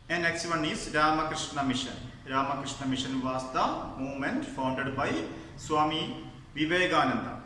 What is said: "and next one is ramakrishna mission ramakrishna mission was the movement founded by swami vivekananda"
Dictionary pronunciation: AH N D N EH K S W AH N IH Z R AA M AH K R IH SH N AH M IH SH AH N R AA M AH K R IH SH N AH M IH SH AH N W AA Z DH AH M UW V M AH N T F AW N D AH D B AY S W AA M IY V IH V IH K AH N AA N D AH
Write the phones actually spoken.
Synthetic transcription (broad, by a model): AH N N EH K S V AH N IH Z R AA M AH K R IH SH N AH M IH SH AH N R AA M AH K R IH SH N AH M IH SH AH N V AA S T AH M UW M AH N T F AW N D AH D B AY S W AA M IY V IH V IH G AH N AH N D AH